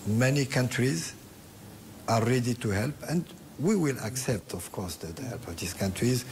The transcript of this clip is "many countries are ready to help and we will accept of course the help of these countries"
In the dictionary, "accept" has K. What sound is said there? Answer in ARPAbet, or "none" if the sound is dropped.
K